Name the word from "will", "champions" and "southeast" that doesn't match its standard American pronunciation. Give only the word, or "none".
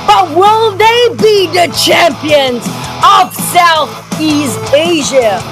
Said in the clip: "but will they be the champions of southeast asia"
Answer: none